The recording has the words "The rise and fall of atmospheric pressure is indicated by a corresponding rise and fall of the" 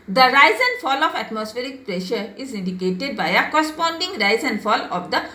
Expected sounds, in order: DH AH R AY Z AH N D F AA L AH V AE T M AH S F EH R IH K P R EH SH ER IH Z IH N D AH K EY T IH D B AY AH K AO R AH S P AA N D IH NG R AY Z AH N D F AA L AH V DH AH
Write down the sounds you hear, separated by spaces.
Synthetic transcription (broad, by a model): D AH R AY Z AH N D F AA L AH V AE T M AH S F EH R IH K P R EH SH ER IH Z IH N D AH K EY T IH D B AY AH K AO S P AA N D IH NG R AY Z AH N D F AA L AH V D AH